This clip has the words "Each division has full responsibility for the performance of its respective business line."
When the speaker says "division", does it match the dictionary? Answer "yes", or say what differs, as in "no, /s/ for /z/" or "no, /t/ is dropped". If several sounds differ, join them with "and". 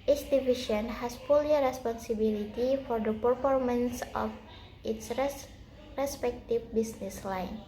no, /ʃ/ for /ʒ/